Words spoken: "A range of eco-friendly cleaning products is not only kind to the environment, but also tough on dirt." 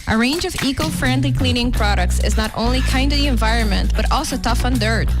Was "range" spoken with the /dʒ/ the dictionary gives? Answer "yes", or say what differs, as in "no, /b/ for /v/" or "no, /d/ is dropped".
yes